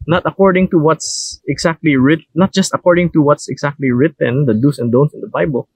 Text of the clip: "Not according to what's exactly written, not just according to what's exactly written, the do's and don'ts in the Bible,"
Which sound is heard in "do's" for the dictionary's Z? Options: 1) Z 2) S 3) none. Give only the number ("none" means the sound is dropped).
2